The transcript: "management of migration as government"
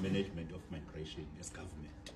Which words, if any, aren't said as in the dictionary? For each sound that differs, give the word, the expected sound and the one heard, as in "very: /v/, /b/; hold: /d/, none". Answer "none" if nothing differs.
of: /v/, /f/; as: /z/, /s/